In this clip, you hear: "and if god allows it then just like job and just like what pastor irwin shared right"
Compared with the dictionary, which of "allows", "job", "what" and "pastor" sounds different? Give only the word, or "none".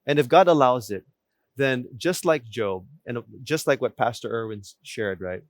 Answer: none